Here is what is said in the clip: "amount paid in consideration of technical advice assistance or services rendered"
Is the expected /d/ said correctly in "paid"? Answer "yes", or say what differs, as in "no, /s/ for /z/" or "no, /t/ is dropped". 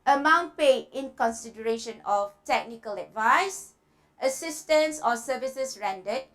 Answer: no, /d/ is dropped